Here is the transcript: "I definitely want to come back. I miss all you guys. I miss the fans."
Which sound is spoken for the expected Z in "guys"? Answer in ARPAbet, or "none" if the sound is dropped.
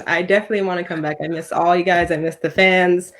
Z